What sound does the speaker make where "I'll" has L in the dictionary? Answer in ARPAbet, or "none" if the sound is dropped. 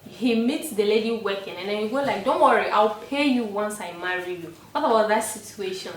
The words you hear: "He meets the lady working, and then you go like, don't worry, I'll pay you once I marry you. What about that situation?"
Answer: L